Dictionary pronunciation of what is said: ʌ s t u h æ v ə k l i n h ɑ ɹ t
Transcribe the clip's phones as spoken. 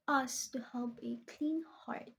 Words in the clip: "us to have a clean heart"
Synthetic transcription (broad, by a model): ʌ s t u h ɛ p ə k l i n h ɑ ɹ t